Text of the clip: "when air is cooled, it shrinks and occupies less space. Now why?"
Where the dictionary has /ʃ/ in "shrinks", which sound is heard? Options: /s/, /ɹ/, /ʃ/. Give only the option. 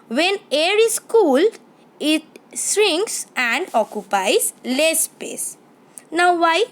/s/